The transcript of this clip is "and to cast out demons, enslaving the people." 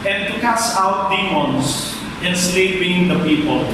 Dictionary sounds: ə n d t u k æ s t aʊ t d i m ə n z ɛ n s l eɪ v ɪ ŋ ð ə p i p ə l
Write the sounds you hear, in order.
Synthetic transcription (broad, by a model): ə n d t u k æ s aʊ t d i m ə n s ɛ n s l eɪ b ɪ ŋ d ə p i p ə l